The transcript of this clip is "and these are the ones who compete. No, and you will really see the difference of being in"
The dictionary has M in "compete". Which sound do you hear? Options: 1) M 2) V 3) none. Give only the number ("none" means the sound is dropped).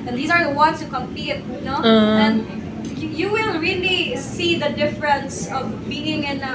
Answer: 1